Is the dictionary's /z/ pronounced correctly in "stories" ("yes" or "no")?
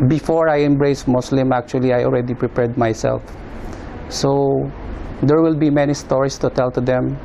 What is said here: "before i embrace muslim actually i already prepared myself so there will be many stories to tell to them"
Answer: no